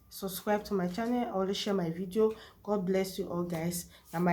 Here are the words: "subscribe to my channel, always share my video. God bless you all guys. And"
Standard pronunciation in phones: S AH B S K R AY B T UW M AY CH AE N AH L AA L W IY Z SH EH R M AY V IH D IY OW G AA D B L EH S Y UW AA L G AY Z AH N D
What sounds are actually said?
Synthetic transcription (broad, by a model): S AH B S K R AY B T UW M AY CH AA N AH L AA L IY SH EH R M AY V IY D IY OW G AA D B L EH S Y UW AA L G AY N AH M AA